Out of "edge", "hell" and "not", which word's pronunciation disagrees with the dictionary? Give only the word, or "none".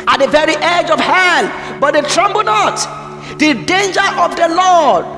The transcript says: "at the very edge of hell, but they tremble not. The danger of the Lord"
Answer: hell